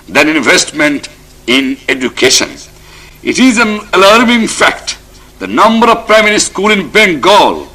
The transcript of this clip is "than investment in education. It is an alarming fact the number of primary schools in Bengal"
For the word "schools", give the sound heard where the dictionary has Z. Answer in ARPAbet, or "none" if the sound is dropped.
none